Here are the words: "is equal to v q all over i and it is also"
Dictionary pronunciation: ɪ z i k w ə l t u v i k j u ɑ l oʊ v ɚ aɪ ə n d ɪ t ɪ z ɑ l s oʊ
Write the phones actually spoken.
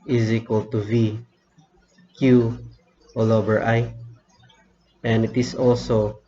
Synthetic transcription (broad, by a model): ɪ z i k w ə l t u v i k j u ɑ l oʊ b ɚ aɪ ə n d ɪ t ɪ s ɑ l s oʊ